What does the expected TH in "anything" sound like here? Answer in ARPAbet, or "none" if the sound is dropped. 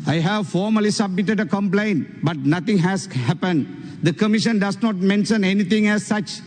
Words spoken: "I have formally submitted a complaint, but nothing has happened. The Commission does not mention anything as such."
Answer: T